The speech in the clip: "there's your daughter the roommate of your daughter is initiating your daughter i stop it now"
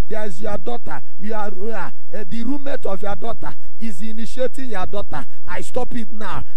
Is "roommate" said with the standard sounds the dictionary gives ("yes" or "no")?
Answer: yes